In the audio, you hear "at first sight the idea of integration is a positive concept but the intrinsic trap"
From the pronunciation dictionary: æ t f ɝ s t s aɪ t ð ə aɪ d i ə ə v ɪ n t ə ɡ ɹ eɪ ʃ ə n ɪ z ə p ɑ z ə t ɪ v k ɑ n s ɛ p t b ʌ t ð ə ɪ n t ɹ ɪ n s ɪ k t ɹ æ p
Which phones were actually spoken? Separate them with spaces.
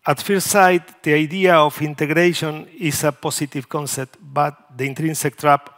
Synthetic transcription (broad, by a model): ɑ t f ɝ t s aɪ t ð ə aɪ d i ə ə f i n t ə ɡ ɹ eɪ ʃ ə n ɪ s ə p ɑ s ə t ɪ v k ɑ n s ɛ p t b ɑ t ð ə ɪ n t ɹ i n s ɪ k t ɹ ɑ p